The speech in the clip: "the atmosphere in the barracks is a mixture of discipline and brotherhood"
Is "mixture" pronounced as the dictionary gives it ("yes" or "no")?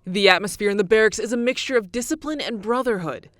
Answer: yes